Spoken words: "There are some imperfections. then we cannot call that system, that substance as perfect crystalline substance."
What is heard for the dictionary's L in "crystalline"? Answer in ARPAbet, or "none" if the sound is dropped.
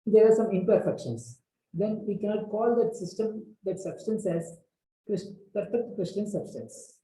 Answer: none